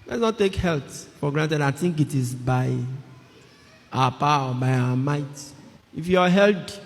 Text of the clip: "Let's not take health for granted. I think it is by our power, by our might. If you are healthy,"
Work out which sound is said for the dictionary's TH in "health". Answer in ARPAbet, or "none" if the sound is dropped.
T